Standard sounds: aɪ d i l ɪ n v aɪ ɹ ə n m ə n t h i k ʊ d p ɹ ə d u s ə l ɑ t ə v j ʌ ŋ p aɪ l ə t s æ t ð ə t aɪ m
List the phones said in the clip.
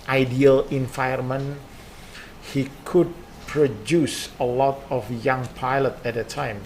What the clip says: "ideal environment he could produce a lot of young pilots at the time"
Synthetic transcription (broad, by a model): aɪ d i l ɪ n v aɪ ə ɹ m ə n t h i k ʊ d p ɹ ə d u s ə l ɑ t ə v j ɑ ŋ p aɪ l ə t æ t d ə t aɪ m